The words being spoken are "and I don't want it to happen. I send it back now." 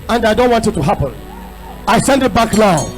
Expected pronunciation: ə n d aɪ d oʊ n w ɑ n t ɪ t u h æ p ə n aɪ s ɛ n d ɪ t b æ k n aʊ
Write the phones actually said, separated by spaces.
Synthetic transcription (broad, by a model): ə n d aɪ d oʊ n w ɑ n t ɪ t u h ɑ p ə n aɪ s ɛ n d ɪ t b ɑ k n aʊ